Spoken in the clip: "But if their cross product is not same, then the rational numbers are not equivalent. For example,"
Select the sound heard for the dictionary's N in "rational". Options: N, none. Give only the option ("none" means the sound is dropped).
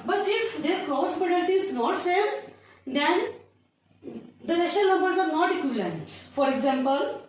none